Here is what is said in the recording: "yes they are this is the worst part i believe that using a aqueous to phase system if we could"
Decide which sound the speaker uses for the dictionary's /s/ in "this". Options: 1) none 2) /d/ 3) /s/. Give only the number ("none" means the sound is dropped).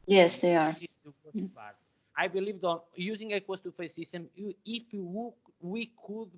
1